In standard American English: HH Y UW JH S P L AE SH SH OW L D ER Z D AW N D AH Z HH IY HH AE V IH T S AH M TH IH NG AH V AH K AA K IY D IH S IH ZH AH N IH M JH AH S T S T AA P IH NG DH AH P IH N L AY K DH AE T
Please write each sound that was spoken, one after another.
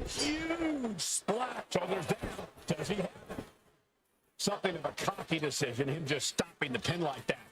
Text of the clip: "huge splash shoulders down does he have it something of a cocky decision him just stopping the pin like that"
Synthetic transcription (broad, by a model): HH Y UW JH S L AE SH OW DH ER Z D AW D AH Z IY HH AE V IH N S AH M TH IH NG AH V AH K AA K IY D IH S IH ZH AH N IH M JH AH S T S T AA P IH NG DH AH P IH N L AY K DH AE T